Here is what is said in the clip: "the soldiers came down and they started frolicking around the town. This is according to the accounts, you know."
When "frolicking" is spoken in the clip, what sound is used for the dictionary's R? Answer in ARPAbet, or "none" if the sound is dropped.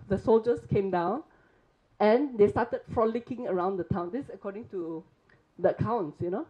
R